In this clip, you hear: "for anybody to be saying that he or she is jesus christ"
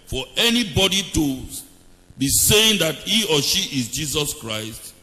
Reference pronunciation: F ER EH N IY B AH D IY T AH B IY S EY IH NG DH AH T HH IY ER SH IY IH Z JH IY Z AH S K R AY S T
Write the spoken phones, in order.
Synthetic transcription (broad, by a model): F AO EH N IY B AH D IY T AH B IY S EY IH NG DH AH T HH IY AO SH IY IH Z JH IY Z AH S K R AY S T